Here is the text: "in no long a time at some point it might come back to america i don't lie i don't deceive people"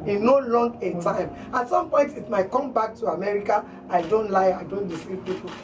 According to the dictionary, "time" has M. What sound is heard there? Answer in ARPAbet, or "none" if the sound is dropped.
M